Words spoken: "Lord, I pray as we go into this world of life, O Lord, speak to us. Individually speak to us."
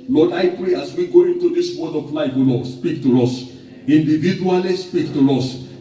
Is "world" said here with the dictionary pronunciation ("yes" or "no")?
no